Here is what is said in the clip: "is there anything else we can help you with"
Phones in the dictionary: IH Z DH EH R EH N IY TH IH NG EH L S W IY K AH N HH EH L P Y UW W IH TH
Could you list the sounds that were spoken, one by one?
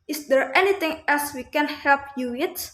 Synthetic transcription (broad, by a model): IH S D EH R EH N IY T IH NG EH L S W IY K AH N HH EH L P Y UW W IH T